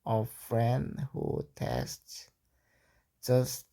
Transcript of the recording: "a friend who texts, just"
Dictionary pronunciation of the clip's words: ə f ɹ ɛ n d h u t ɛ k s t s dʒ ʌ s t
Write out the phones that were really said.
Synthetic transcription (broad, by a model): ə f ɹ ɛ n d h u t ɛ s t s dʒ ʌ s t